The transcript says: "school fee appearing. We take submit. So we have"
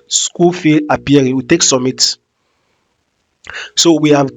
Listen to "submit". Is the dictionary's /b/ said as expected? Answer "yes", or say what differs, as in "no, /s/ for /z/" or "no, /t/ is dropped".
no, /b/ is dropped